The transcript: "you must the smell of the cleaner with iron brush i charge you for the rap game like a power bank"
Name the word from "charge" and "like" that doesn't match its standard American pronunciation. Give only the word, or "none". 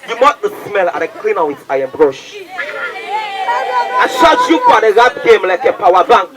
charge